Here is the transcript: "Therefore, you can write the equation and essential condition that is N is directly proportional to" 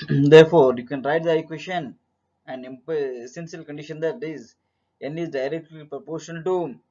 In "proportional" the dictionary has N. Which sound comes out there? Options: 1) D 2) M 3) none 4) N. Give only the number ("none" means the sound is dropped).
3